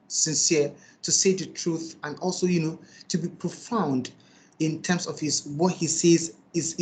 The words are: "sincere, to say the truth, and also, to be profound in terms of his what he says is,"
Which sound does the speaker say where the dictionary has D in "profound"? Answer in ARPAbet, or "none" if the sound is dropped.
D